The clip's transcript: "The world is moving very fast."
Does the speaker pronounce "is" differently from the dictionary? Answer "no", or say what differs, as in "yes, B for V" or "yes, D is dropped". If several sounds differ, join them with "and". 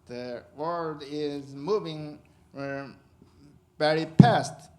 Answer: no